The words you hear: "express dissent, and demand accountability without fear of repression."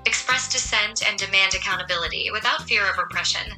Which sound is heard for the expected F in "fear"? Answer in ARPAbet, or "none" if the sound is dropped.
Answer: F